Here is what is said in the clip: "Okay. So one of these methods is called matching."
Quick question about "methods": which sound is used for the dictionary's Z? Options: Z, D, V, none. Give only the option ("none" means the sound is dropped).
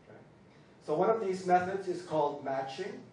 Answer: Z